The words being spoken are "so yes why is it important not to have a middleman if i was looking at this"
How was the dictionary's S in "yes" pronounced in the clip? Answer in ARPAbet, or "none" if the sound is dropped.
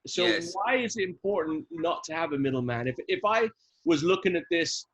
none